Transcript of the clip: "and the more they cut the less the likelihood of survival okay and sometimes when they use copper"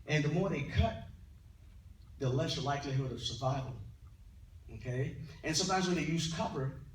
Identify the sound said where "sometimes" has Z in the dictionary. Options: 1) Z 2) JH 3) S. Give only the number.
1